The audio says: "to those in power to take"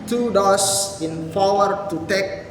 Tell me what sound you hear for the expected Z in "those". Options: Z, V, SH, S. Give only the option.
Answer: S